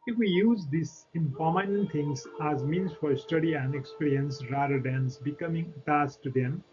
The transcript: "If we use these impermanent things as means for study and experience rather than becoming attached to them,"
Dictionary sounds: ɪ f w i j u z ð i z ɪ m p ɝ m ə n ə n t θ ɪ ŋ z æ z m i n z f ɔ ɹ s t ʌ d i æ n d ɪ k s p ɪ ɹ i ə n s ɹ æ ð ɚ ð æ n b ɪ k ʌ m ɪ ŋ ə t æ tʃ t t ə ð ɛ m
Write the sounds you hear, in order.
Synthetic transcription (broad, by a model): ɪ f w i j u z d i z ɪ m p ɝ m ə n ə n t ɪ ŋ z æ z m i n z f ɔ ɹ s t ʌ d i æ n d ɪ k s p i ɹ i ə n s ɹ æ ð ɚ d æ n b ɪ k ʌ m ɪ ŋ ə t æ s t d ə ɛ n